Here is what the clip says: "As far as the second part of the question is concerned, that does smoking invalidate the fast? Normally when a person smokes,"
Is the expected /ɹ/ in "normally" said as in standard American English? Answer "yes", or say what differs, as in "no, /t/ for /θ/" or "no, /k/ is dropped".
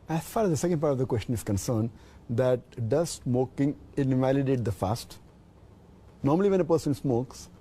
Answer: yes